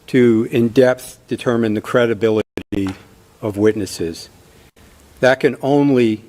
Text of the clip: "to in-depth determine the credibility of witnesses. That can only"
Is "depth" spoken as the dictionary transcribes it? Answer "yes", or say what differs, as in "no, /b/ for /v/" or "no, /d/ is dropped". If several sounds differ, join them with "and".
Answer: yes